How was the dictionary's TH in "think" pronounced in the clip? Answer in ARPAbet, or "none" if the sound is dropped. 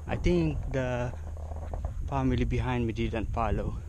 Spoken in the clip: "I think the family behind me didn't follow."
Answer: T